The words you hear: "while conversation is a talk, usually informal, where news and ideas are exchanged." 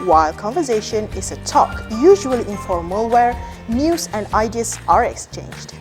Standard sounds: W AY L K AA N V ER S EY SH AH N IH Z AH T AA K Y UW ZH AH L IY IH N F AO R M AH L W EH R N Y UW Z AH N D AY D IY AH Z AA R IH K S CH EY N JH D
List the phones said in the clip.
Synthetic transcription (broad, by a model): W AY L K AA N V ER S EY SH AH N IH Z AH T AA K Y UW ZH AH L IY IH N F AO R M AH L W EH R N Y UW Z AH N D AY D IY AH S AA R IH K S CH EY N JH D